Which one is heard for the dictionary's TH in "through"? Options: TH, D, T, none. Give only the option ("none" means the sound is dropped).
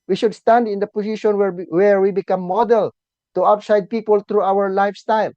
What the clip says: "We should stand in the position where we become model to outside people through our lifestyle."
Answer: T